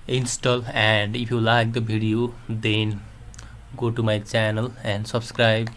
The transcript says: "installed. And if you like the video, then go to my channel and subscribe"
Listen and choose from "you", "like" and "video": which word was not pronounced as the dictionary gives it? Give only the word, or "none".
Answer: video